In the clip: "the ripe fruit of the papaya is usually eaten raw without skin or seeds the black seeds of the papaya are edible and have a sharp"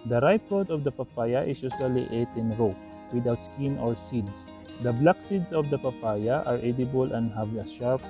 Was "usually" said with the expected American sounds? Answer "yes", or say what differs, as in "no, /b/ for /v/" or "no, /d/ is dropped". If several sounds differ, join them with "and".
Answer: no, /s/ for /ʒ/